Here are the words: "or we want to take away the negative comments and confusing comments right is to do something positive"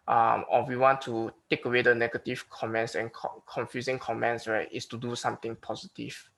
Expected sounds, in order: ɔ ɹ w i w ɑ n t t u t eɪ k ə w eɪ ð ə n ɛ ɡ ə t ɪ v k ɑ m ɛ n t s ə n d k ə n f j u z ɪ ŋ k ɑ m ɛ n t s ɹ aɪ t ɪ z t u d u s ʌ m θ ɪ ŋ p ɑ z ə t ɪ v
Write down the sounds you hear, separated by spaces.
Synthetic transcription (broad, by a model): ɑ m w i w ɑ n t t u t eɪ k ə w eɪ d ə n ɛ ɡ ə t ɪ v k ɑ m ɛ n t s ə n k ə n f j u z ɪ ŋ k ɑ m ɛ n t s w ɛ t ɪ s t u d u s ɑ m t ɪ ŋ p ɑ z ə t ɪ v